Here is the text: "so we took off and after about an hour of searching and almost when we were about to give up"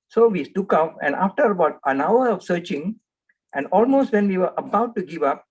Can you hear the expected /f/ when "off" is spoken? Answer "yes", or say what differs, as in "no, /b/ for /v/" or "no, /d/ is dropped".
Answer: no, /p/ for /f/